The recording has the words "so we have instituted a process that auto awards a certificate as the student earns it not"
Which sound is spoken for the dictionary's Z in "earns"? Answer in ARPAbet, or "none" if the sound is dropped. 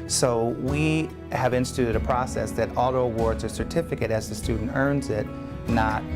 Z